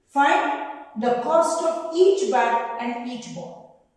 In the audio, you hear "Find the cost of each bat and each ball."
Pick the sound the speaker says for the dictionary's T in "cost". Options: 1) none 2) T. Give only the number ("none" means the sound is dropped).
2